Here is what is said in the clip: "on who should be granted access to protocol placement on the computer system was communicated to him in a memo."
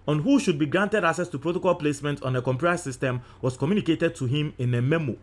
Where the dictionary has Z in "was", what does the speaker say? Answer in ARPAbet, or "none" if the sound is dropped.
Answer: S